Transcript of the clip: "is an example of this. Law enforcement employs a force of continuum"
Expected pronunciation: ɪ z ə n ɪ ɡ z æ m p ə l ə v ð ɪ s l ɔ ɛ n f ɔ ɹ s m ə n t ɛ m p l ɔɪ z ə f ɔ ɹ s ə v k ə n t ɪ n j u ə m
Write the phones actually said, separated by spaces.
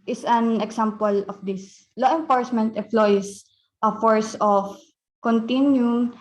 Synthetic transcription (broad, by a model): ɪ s ə n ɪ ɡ s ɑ m p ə l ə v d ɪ s l ɔ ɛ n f ɔ ɹ s m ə n t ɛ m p l ɔɪ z ə f ɔ ɹ s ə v k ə n t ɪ n j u